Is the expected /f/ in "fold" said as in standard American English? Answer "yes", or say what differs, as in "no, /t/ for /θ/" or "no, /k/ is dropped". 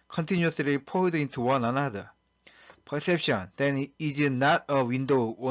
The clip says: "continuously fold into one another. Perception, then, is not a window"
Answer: no, /p/ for /f/